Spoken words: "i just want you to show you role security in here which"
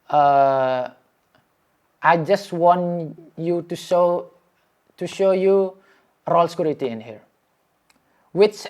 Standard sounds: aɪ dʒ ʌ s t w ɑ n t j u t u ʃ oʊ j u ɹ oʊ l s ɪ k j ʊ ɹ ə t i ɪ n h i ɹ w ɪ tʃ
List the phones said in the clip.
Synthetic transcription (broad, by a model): aɪ dʒ ʌ s t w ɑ n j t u t u ʃ oʊ j u ɹ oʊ l s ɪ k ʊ ɹ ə t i ɪ n h i ɹ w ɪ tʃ